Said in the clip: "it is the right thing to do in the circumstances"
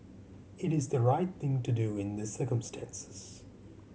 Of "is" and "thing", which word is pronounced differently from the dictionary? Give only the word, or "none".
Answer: none